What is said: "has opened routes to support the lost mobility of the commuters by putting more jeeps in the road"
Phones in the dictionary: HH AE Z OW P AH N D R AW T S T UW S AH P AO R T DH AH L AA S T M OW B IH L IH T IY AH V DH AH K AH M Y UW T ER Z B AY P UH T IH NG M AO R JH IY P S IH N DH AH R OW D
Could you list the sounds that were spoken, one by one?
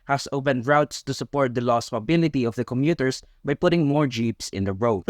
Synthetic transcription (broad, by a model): HH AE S OW P AH N D R AW T S T UW S AH P AO R T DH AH L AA S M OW B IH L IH T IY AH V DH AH K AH M Y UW T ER S B AY P UH T IH NG M AO R JH IY P S IH N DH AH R OW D